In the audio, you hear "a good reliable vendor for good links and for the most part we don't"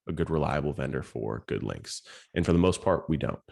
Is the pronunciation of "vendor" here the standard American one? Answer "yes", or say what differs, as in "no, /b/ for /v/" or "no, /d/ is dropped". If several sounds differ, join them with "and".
yes